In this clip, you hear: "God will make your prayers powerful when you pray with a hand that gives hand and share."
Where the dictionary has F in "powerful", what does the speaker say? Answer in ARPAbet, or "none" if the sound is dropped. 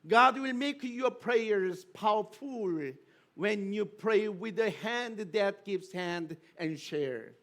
F